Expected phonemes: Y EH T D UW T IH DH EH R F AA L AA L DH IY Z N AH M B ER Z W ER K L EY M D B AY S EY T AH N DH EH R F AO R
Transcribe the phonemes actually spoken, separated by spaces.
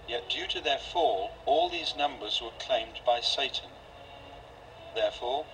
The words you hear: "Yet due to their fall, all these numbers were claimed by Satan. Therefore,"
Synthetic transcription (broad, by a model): Y EH T D UW T IH DH EH R F AA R AA L DH IY Z N AH M B ER Z W ER K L EY M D B AY S EY T N DH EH R F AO R